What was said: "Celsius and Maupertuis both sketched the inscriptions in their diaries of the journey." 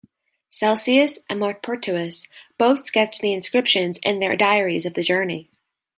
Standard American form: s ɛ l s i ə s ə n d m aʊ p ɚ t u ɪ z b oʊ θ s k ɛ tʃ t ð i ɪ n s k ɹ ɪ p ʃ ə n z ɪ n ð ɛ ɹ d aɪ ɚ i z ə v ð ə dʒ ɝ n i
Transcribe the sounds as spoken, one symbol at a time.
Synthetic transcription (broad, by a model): s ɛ l s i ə s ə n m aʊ p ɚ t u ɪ s b oʊ θ s k ɛ tʃ ð i ɪ n s k ɹ ɪ p ʃ ə n z ɪ n ð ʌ ɹ d aɪ ɚ i z ə v ð ə dʒ ɝ n i